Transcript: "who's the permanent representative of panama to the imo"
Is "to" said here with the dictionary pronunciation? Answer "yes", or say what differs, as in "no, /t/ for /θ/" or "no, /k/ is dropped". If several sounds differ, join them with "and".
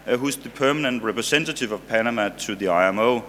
no, /s/ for /t/